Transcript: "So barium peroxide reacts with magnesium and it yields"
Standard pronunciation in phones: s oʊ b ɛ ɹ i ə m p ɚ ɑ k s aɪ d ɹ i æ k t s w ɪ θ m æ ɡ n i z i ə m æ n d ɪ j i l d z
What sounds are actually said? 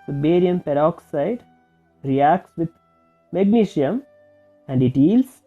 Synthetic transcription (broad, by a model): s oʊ b ɛ ɹ i ə m p ɚ ɑ k s aɪ d ɹ i æ k t s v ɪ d m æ ɡ n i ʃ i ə m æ n d ɪ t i l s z